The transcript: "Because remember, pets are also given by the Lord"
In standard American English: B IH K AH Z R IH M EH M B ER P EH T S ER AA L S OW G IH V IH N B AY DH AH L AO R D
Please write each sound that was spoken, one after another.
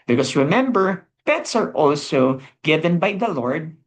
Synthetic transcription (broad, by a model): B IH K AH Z R IH M EH M B ER B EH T S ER AA L S OW G IH V IH N B AY DH AH L AO R D